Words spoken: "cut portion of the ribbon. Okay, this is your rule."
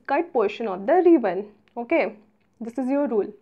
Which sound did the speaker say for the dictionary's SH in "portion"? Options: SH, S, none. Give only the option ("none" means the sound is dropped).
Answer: SH